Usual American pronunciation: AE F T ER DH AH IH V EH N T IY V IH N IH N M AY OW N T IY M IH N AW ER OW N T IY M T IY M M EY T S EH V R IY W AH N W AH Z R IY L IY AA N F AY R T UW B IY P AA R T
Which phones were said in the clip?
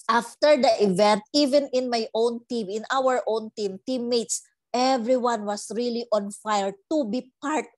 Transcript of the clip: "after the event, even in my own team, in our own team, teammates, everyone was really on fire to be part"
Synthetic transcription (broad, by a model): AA F T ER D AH IH V EH N T IY V IH N IH N M AY OW N T IY M IH N AW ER OW N T IY M T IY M M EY T S EH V R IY W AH N W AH S R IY L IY AA N F AY R T UW B IY P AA R T